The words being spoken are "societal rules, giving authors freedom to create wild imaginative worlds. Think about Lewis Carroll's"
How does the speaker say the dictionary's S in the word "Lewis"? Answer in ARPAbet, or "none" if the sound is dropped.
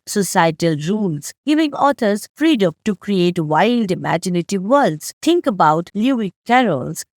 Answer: none